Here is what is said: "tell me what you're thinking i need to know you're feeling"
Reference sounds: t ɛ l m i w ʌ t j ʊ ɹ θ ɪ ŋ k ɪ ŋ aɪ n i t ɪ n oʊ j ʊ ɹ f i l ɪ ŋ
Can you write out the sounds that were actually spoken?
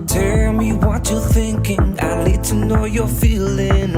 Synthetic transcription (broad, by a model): t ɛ l m i w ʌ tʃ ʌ ɹ θ ɪ ŋ k ɪ ŋ aɪ l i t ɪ n oʊ j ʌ ɹ f i l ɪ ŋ